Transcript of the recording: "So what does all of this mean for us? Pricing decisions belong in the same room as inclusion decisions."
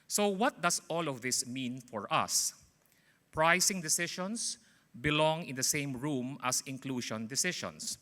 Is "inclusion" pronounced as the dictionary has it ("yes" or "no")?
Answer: no